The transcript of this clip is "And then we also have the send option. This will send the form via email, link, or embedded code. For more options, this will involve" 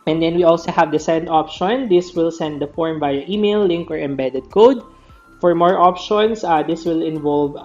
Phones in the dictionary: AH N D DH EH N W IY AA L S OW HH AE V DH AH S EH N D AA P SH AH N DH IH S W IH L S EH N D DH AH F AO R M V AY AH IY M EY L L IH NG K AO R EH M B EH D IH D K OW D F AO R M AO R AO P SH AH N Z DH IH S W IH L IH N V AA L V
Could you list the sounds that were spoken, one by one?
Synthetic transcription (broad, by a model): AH N D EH N W IY AA L S OW HH AE V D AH S EH N D AA P SH AH N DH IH S W IH L S EH N D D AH F AO R M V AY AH IY M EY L L IH NG K AO R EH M B EH D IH D K OW D F AO R M AO R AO P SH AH N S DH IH S W IH L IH N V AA L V